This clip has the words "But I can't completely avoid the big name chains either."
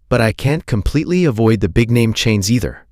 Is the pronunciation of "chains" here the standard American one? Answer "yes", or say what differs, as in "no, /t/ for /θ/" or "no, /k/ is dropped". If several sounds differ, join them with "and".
yes